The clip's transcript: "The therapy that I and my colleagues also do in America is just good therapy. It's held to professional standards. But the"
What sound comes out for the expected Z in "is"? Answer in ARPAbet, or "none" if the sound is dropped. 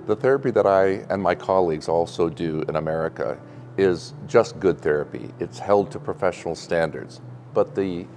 Z